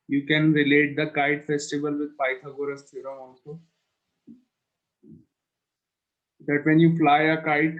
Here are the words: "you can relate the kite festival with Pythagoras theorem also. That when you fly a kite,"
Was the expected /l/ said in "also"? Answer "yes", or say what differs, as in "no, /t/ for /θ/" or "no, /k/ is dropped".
no, /n/ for /l/